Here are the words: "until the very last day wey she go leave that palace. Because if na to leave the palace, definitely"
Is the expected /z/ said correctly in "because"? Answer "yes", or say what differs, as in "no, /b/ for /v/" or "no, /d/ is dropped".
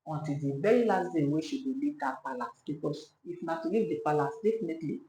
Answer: no, /s/ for /z/